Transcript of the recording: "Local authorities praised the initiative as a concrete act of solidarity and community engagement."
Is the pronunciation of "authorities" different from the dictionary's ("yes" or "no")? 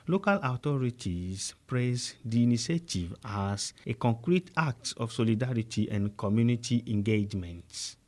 yes